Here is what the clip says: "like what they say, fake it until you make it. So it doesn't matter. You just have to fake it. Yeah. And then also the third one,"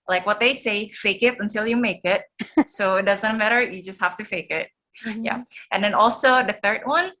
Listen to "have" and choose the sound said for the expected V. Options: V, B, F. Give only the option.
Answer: F